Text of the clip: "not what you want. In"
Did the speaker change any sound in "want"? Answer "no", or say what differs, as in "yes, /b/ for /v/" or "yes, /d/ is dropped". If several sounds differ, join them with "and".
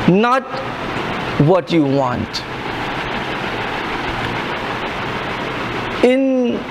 no